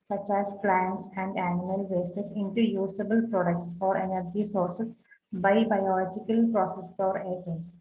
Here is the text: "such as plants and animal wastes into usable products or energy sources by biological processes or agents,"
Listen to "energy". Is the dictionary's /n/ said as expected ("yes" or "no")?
yes